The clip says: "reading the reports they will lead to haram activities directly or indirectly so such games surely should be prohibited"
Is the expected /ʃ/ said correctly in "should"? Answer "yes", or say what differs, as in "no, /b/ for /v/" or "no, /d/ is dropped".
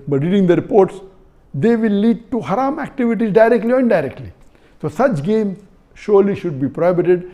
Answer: yes